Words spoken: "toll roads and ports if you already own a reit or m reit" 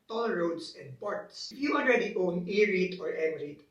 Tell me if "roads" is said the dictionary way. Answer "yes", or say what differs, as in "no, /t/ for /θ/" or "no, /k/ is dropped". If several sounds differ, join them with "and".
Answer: no, /s/ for /z/